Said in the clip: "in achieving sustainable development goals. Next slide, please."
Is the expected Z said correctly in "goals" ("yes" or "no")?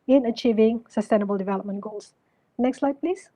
no